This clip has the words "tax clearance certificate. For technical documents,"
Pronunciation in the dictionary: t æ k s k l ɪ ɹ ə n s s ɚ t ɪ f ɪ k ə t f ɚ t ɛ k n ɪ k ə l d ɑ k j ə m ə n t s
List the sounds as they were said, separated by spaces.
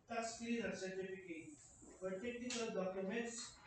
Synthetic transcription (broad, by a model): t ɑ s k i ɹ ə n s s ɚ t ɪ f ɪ k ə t p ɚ t ɛ k n ɪ k ə l d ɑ k j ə m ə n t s